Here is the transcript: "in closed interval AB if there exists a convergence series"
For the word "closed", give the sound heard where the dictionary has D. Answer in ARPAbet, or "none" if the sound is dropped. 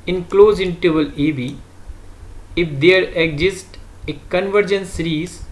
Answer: none